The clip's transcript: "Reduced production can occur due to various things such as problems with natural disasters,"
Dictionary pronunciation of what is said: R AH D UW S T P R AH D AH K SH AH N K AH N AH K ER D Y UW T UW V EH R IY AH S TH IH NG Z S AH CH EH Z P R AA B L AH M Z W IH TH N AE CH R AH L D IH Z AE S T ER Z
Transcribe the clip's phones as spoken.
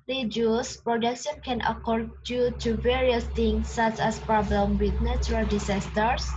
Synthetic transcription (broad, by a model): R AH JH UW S P R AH D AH K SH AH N K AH N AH K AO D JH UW T UW V EH R IY AH S T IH NG S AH CH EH S P R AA B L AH M W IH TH N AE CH R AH L D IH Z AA S T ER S